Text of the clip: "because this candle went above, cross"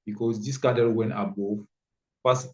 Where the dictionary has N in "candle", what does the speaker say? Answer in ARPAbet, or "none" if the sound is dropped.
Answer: none